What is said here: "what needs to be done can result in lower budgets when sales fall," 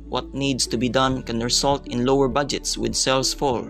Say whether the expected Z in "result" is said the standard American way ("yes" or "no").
no